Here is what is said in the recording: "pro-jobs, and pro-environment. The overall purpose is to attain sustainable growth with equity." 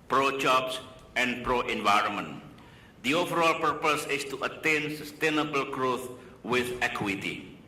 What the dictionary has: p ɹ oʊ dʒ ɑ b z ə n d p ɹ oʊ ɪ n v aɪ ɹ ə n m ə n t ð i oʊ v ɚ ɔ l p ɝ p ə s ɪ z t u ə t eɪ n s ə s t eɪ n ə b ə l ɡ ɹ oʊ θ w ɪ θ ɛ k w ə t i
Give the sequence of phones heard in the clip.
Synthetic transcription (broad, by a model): p ɹ oʊ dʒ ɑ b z ə n d p ɹ oʊ ɪ n v aɪ ɹ ə n m ə n t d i oʊ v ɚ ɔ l p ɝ p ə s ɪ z t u ə t eɪ n s ə s t eɪ n ə b ə l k ɹ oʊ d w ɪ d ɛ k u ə t i